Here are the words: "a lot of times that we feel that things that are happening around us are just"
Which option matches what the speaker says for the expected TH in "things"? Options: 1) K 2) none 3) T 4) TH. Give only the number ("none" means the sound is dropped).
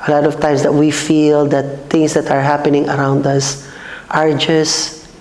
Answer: 3